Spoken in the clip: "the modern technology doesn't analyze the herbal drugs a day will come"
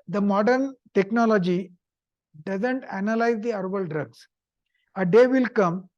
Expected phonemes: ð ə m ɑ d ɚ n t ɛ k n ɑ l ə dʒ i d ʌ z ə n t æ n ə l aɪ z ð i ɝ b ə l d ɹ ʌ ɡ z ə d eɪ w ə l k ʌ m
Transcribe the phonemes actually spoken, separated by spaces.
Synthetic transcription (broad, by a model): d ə m ɑ d ɚ n t ɛ k n ɑ l ə dʒ i d ʌ z ə n t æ n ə l aɪ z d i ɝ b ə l d ɹ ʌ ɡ s ə d eɪ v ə l k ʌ m